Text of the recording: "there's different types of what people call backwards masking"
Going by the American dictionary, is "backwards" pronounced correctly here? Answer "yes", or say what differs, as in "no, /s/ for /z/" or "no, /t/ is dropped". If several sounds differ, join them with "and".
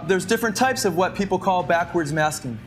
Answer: yes